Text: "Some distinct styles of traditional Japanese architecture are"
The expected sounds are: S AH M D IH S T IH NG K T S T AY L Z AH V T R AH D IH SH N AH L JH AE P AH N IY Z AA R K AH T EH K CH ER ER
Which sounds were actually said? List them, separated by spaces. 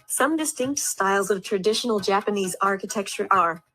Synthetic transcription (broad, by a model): S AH M D IH S T IH NG K T S T AY L Z AH V T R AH D IH SH N L JH AE P AH N IY Z AA R K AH T EH K CH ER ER